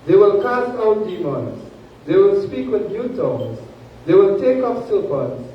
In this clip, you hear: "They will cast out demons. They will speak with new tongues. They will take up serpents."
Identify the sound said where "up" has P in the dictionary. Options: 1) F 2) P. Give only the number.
1